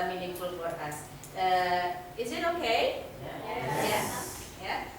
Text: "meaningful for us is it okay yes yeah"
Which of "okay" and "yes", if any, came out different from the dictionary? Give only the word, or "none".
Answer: yes